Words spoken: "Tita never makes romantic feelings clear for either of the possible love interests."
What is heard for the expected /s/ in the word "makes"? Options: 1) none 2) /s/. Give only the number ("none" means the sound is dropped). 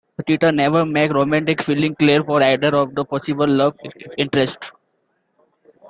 1